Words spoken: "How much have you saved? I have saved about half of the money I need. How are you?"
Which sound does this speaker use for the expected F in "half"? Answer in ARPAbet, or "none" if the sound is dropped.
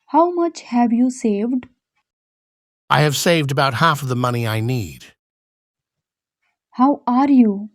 F